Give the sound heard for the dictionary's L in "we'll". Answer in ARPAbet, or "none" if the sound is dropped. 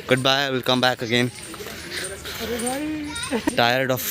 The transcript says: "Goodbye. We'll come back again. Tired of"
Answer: L